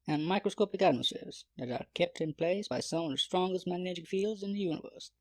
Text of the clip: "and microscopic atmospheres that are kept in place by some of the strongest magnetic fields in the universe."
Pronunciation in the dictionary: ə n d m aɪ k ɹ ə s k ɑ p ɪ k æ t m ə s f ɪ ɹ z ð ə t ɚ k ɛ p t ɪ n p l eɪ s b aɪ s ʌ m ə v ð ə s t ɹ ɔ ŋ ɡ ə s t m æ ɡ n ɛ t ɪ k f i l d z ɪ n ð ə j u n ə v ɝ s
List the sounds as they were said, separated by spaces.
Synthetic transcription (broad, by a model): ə n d m aɪ k ɹ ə s k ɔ p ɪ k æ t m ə s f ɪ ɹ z ð ə t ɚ k ɛ p t ɪ n p l eɪ s b aɪ s ʌ m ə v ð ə s t ɹ ɔ ŋ ɡ ə s t m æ ɡ n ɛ t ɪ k f i l d z ɪ n ð ə j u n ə v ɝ s